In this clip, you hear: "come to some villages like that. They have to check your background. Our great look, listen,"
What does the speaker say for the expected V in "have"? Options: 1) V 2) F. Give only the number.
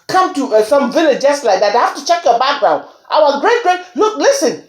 2